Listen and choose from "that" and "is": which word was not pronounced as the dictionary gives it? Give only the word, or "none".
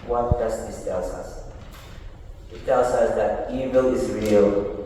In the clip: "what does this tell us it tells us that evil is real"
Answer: none